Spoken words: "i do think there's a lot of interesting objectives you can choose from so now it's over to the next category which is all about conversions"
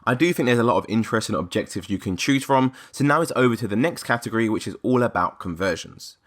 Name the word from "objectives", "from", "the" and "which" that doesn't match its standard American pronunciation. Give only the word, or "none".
none